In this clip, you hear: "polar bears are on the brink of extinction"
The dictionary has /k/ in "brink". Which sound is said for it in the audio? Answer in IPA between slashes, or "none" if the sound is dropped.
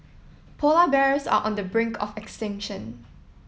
/k/